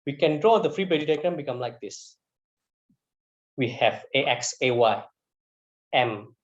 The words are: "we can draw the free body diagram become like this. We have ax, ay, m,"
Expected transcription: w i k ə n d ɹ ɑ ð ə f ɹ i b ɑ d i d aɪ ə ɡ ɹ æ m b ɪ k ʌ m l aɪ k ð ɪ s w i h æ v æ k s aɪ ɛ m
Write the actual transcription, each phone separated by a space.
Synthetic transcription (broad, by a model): w i k ə n d ɹ ɑ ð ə f ɹ i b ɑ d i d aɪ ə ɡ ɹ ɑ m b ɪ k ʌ m l aɪ k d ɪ s w i h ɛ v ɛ k s aɪ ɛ m